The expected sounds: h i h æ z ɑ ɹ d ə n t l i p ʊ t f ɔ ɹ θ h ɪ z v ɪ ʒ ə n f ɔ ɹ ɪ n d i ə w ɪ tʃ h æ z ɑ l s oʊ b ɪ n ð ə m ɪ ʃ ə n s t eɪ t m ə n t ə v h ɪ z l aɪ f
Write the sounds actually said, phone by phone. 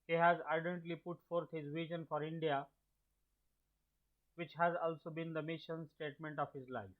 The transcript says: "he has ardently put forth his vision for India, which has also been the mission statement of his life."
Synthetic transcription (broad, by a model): h i h æ z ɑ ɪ d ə n t l i p ʊ t f ɔ ɹ t h ɪ z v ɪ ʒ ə n f ɔ ɹ ɪ n d i ə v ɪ tʃ h æ z ɑ l s oʊ b ɪ n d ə m ɪ ʃ ə n s t eɪ t m ə n t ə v h ɪ z l aɪ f